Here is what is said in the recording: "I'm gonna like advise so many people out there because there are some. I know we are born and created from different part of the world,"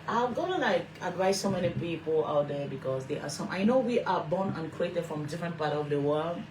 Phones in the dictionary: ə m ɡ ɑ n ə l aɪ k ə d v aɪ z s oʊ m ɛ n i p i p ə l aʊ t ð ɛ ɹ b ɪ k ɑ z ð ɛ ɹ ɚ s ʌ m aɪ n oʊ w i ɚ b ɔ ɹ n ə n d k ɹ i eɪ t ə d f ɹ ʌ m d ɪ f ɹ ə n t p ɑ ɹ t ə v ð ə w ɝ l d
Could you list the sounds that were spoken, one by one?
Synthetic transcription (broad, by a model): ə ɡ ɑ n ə n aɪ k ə d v aɪ s oʊ m ɛ n i p i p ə l aʊ t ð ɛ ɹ b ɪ k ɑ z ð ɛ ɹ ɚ s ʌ m aɪ n oʊ w i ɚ b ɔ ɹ n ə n k ɹ i eɪ t ə d f ɹ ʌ m d ɪ f ɹ ə n t p ɑ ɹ t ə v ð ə w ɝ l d